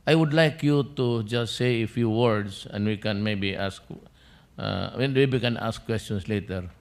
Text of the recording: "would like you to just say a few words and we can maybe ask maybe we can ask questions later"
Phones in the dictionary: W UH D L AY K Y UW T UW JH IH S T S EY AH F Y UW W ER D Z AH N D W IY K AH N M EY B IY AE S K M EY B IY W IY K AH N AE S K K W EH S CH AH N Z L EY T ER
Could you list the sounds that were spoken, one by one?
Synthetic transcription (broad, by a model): W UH D L AY K Y UW T UW JH IH S T S EY AH F Y UW W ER D S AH N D W IY K AH N M EY B IY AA S K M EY B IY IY K AH N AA S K K W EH S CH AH N S L EY T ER